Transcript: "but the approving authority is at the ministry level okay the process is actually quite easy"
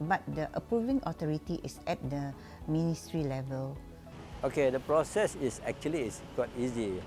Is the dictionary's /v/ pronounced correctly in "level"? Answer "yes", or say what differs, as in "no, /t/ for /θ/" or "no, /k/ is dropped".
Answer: yes